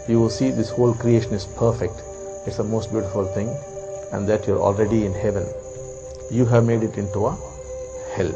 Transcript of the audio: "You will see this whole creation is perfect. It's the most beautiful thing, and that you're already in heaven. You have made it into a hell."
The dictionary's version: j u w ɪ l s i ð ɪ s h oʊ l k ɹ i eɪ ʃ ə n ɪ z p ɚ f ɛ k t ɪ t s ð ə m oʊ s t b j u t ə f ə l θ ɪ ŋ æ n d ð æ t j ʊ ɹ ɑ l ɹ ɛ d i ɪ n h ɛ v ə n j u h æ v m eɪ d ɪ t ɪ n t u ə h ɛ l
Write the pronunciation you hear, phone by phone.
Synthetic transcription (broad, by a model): j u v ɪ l s i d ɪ s h oʊ l k ɹ i eɪ ʃ ə n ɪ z p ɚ f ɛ k t ɪ t s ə m oʊ s t b j u t ə f ə l t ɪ ŋ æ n d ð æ t j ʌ ɹ ɑ l ɹ ɛ d i ɪ n h ɛ v ə n j u h æ v m eɪ d ɪ t ɪ n t u ə h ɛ l